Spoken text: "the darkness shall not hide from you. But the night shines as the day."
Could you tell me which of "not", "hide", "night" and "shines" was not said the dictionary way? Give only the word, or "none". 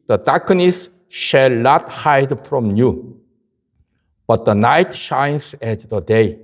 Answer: shines